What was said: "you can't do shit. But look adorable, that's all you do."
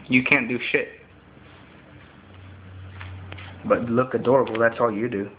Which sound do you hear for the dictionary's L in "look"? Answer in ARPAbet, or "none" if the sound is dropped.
L